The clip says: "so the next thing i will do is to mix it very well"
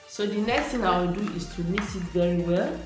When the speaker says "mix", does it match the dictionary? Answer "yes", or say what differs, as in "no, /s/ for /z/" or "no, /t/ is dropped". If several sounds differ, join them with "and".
no, /k/ is dropped